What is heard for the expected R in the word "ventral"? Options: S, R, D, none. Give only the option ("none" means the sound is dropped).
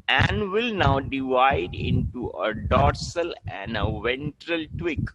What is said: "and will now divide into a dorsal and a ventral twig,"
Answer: R